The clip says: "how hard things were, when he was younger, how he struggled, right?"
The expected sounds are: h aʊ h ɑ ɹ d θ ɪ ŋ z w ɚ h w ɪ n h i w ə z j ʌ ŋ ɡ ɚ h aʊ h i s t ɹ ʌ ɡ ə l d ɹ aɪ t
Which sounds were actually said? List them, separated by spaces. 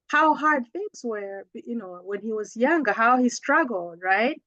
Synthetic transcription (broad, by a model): h aʊ h ɑ ɹ d θ ɪ ŋ z w ɚ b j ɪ n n i w ə z j ʌ ŋ ɡ ɚ h aʊ h i s t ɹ ʌ ɡ l d ɹ aɪ t